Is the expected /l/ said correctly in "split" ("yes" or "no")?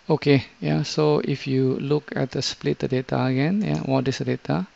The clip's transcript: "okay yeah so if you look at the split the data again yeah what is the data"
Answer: yes